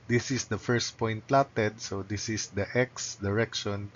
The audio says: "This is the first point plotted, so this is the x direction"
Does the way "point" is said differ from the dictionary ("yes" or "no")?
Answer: no